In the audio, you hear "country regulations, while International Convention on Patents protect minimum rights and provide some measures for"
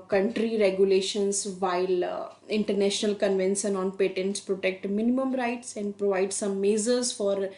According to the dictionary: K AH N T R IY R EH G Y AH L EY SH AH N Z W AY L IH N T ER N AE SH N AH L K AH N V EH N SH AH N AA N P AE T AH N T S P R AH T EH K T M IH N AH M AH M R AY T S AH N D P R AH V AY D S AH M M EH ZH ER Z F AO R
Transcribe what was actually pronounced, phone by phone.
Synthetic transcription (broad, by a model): K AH N T R IY R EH G Y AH L EY SH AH N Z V AY L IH N T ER N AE SH N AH L K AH N V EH N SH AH N AA N P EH T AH N T S P R AH T EH K T M IH N AH M AH M R AY T S AH N D P R AH V AY D S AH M M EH Z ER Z F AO R